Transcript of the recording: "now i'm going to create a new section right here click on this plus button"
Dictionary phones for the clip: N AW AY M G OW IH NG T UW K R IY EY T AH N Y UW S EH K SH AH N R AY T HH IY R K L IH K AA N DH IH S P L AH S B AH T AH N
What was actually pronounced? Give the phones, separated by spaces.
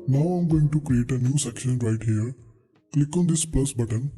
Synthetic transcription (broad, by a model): N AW AY M G OW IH NG T UW K R IY EY T AH N Y UW S EH K SH AH N R AY T HH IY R K L IH K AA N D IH S P L AH S B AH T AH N